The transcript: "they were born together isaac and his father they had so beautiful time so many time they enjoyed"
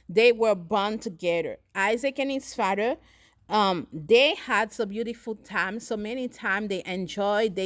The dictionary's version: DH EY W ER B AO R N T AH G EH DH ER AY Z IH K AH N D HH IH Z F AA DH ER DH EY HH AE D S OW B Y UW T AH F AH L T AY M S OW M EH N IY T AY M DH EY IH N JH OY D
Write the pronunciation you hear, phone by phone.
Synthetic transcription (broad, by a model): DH EY W ER B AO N T AH G EH DH ER AY Z IH K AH N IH S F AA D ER DH EY HH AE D S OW B Y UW T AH F L T AY M S OW M EH N IY T AY M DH EY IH N JH OY D